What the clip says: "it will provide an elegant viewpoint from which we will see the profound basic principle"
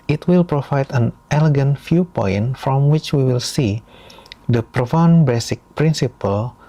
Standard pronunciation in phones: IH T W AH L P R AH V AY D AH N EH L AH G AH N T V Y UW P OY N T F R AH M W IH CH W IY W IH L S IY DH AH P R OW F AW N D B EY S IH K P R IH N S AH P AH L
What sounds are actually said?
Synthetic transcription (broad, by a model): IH T W AH L P R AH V AY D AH N EH L AH G AH N T F Y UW P OY N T F R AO M W IH CH W IY W IH L S IY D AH P R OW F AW N B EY S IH K P R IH N S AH P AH L